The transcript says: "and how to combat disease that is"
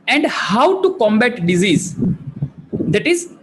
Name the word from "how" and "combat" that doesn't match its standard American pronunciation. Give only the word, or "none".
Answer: none